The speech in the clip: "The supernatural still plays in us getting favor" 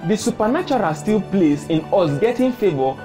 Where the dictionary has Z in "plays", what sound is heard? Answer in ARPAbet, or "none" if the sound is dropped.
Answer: S